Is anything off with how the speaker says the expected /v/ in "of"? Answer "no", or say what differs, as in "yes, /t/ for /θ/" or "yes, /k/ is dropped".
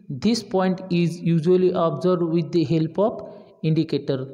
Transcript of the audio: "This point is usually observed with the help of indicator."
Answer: yes, /p/ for /v/